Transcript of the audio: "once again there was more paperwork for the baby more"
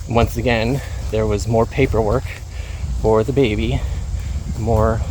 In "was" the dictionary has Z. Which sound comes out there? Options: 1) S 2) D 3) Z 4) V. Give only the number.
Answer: 3